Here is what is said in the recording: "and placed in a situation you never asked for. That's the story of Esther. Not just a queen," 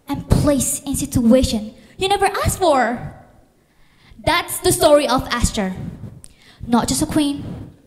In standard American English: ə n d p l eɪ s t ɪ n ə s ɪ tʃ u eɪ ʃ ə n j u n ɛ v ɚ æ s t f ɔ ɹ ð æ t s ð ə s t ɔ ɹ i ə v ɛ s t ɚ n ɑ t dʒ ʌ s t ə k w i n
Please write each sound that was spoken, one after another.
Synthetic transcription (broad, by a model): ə n p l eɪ s ɪ n s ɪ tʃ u eɪ ʃ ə n j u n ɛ v ɚ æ s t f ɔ ɹ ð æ t s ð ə s t ɔ ɹ i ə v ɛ s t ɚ n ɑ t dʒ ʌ s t ə k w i n